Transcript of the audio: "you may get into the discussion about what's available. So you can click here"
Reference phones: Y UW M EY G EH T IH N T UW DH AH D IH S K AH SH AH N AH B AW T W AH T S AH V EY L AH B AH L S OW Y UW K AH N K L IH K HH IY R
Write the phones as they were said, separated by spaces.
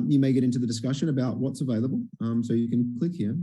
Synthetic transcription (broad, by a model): Y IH M EY G EH T IH N T UW DH AH D IH S K AH SH AH N AH B AW T W AH T S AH V EY L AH B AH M S OW Y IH K AH N K L IH K HH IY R